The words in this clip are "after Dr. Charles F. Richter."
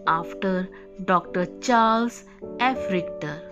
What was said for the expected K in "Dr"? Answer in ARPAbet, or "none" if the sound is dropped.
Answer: K